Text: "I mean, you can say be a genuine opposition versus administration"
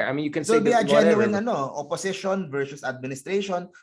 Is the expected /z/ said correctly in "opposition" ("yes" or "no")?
no